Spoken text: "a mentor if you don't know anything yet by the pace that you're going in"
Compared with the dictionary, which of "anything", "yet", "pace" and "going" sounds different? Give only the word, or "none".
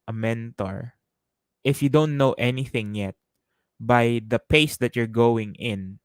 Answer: none